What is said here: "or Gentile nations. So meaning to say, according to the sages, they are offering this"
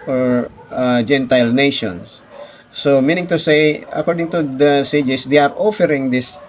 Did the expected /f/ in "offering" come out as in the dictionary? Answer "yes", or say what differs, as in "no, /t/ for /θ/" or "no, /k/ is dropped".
yes